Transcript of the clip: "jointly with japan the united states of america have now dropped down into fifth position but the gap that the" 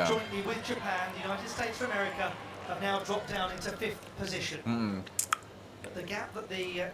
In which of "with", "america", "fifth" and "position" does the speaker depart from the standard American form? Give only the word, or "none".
none